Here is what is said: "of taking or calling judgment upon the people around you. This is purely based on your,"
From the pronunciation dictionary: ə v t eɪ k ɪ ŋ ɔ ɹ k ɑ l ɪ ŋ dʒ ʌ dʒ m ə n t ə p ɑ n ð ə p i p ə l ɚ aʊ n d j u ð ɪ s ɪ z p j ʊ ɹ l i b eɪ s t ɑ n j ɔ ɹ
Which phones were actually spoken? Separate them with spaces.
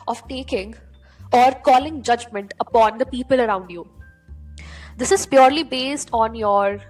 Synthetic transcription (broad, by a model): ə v t eɪ k ɪ ŋ ɔ ɹ k ɑ l ɪ ŋ dʒ ʌ dʒ m ə n t ə p ɑ n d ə p i p ə l ɚ aʊ n d j u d ɪ s ɪ z p j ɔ ɹ l i b eɪ s t ɑ n j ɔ ɹ